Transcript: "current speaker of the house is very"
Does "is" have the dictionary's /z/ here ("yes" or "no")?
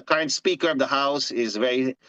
yes